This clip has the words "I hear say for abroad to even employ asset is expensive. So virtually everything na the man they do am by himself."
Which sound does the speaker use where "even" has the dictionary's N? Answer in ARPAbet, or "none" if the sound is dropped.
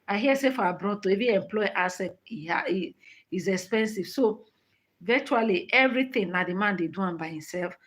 none